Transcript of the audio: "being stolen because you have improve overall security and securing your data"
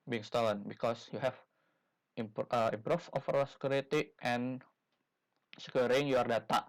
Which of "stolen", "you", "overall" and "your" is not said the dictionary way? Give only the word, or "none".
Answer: overall